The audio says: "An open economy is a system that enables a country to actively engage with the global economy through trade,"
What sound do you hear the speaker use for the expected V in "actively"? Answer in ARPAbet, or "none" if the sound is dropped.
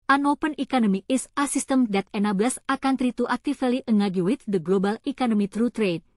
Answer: F